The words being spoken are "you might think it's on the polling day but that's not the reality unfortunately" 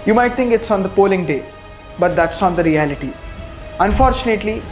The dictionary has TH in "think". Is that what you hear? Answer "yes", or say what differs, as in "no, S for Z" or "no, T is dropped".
no, T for TH